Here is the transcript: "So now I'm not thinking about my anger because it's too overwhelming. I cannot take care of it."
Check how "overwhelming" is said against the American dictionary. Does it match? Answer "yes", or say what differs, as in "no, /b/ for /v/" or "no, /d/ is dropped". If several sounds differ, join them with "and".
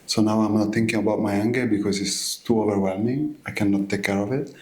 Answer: yes